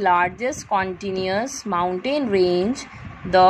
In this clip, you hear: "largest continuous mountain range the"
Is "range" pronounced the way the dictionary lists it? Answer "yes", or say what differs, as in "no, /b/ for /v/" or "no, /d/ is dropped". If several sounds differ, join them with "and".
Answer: yes